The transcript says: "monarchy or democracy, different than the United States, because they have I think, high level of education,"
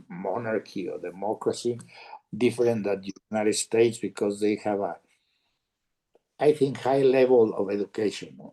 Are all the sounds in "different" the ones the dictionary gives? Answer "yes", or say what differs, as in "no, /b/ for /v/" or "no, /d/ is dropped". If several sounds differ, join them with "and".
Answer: no, /ɹ/ is dropped and /n/ is dropped